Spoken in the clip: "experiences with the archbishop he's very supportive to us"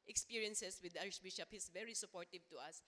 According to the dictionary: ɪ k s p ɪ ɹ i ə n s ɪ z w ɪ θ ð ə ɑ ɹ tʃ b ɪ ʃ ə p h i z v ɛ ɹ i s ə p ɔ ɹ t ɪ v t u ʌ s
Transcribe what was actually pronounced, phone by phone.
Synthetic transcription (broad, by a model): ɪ k s p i ɹ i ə n s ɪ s w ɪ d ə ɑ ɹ ʃ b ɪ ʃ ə p h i s v ɛ ɹ i s ə p ɔ ɹ t ɪ v t u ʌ s